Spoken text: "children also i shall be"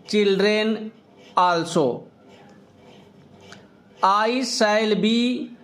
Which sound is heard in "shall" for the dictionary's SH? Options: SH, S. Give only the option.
S